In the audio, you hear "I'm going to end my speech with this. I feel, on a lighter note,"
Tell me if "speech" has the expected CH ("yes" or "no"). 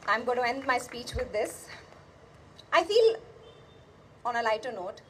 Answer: yes